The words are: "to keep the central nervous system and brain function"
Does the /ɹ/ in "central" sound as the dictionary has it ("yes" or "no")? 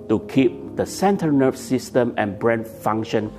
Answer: no